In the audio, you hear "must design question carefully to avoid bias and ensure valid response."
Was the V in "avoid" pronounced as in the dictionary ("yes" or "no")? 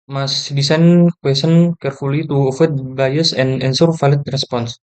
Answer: no